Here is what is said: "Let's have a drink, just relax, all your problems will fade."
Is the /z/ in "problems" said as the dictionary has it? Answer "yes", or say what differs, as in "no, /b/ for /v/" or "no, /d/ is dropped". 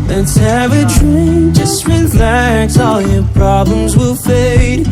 yes